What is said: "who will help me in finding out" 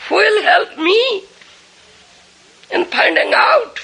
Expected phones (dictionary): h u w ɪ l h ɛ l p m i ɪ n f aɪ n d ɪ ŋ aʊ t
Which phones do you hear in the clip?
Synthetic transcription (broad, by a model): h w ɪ l h ɛ l p m i ɪ n p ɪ n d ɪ ŋ aʊ t